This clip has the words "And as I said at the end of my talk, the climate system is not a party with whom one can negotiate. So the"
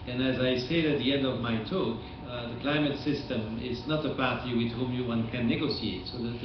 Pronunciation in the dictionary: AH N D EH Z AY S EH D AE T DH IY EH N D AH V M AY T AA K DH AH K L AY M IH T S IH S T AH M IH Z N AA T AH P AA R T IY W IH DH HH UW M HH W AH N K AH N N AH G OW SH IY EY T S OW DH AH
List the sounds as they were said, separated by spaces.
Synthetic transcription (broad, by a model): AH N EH Z AY S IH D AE T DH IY EH N D AH V M AY T AA K DH AH K L AY M IH T S IH S T AH M IH Z N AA T AH P AA R T IY W IH DH HH UW M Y W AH N K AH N N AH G OW S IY EY T S OW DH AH